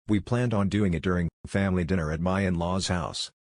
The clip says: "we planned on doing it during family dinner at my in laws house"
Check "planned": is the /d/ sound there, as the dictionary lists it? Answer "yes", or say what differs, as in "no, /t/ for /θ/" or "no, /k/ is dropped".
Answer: yes